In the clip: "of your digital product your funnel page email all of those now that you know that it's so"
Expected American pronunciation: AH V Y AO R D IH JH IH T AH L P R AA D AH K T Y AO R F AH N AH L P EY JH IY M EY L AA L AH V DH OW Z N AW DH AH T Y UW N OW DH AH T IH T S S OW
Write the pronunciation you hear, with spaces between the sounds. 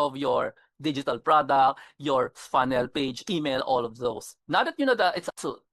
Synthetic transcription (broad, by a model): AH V Y AO R D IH JH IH T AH L P R AA D AH K T Y AO R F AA N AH L P EY JH IY M EY L AA L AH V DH OW S N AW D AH T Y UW N OW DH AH T IH T S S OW